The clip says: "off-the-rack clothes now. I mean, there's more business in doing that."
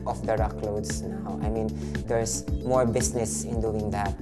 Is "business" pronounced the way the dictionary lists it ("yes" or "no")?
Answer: no